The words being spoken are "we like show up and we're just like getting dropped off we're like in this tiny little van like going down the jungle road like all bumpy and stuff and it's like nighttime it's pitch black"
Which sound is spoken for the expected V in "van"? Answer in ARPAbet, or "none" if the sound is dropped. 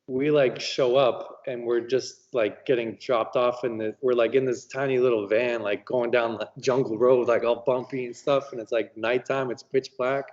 V